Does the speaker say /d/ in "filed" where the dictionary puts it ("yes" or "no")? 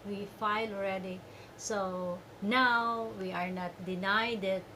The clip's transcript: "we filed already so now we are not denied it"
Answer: no